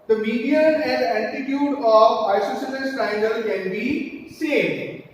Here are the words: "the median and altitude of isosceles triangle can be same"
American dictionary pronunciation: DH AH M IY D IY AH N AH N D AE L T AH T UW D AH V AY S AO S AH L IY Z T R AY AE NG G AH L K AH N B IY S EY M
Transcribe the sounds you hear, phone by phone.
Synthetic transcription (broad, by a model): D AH M IY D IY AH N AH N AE T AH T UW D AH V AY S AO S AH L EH S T AY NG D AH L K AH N B IY S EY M